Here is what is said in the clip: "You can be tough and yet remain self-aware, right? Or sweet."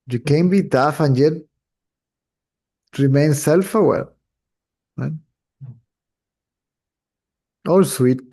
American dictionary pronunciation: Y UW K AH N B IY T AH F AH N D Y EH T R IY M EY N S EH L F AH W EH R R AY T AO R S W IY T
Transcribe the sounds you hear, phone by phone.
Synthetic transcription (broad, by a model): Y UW K AH N B IY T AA F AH N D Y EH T R IY M EY N S EH L F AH W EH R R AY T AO L S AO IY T